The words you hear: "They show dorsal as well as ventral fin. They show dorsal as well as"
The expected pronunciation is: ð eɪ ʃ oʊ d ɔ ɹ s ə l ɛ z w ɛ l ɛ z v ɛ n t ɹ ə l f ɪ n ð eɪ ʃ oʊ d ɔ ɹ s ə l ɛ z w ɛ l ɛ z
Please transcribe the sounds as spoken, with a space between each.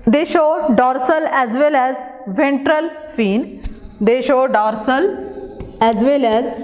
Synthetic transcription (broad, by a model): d eɪ ʃ oʊ d ɔ ɹ s ə l ɛ z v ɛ l ɛ z v ɛ n t ɹ ə l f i n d eɪ ʃ oʊ d ɔ ɹ s ə l ɛ z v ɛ l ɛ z